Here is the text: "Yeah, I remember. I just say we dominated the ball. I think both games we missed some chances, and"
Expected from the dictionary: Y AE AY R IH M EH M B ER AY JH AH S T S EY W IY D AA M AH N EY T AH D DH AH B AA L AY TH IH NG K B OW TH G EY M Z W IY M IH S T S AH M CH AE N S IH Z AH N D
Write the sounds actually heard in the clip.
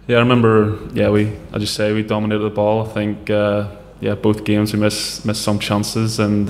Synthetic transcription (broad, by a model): Y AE AY R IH M EH M B ER AY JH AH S S EY W IY D AA M AH N EY T AH D DH AH B AA L AY TH IH NG K B OW TH G EY M Z W IY M IH S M S AH M CH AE N S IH Z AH N